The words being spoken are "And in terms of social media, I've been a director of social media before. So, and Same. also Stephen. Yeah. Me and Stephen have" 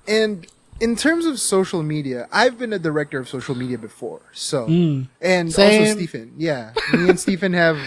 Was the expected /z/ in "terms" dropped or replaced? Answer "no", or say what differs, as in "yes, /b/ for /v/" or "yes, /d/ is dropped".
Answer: no